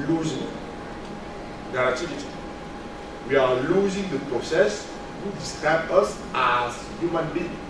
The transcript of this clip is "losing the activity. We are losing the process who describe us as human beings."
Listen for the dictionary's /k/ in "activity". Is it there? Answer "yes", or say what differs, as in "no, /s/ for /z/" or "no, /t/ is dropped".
no, /k/ is dropped